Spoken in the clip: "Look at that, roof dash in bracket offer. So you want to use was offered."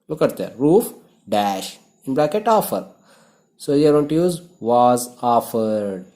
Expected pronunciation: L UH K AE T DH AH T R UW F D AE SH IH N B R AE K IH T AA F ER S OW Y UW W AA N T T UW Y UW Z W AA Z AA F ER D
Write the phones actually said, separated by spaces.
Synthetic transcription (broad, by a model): L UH K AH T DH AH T R UW F D AE SH IH N B L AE K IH T AA F ER S OW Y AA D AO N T T UW Y UW Z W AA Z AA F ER D